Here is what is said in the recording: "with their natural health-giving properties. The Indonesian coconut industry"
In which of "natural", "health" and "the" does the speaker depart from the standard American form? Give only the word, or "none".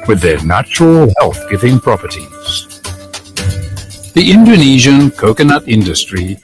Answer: none